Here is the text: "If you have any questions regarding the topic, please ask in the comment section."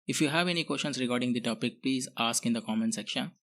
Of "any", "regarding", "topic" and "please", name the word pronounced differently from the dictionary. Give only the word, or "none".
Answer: none